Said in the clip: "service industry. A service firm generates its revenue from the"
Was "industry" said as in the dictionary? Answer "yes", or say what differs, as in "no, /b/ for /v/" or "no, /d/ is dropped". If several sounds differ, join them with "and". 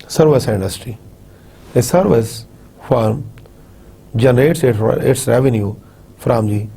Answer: yes